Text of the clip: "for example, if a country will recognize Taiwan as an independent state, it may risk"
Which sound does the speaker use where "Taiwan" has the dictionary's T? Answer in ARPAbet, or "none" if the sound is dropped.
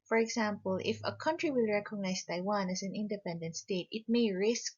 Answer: T